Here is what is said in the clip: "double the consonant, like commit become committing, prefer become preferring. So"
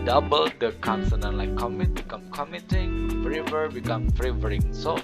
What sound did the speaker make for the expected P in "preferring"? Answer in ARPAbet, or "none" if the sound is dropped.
F